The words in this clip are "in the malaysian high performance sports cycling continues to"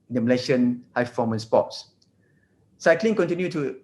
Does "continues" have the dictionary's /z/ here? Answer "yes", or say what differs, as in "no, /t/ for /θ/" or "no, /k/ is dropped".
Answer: no, /z/ is dropped